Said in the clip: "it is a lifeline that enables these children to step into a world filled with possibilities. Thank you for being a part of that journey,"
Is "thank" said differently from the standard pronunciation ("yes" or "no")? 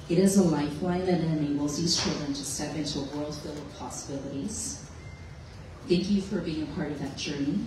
no